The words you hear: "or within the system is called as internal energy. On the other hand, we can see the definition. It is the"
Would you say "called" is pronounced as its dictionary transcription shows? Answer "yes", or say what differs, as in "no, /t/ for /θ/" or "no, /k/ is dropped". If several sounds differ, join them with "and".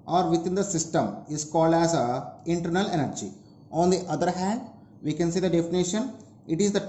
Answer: yes